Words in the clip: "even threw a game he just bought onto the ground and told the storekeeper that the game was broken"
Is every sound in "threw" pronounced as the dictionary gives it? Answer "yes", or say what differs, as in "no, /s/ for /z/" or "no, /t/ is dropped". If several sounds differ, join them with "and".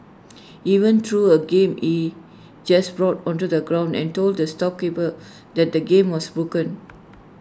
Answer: no, /t/ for /θ/